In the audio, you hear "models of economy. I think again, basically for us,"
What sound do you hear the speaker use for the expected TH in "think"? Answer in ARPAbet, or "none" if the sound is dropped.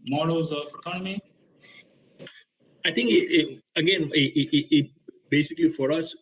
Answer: T